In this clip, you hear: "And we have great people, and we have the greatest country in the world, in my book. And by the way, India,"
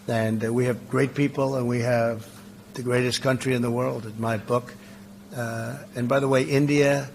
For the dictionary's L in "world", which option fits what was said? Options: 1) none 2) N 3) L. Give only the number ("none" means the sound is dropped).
3